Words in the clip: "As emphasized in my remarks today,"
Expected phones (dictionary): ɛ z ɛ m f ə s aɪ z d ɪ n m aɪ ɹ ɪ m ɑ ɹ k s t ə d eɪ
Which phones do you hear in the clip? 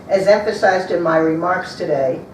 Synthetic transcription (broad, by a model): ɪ z ɛ m f ə s aɪ z d ɪ n m aɪ ɹ ɪ m ɑ ɹ k s t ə d eɪ